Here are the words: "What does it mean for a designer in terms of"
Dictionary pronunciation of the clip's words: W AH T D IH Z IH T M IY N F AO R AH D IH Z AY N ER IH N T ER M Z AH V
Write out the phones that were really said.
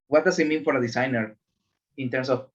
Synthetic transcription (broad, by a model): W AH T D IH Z IH T M IY N F AO R AH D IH S AY N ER IH N T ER M S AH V